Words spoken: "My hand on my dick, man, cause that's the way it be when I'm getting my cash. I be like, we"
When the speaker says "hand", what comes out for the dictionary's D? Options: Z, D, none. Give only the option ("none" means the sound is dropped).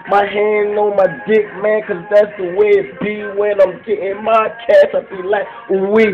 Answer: none